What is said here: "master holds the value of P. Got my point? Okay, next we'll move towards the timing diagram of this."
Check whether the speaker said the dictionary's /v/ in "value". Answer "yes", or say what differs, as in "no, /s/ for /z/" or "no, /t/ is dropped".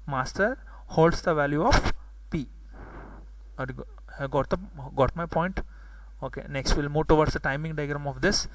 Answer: yes